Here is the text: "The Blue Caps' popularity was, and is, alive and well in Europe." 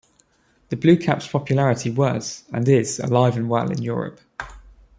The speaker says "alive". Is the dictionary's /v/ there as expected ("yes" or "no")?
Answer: yes